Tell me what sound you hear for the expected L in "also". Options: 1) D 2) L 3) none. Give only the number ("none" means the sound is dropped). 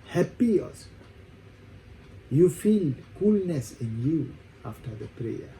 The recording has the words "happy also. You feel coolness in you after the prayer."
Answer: 3